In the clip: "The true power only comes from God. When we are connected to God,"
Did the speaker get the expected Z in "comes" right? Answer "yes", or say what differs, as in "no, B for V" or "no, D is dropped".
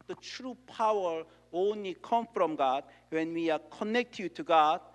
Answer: no, Z is dropped